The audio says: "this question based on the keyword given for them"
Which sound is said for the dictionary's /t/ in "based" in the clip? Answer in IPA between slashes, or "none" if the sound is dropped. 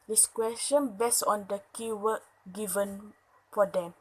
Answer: none